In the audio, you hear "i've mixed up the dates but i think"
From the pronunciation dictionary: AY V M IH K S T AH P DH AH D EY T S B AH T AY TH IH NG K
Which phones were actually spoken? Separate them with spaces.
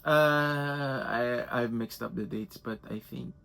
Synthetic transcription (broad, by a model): AY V M IH K S T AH P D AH D EY T S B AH T AY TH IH NG K